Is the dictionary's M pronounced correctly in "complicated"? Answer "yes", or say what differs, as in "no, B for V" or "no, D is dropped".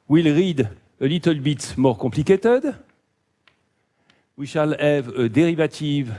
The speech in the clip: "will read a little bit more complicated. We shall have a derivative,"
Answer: no, M is dropped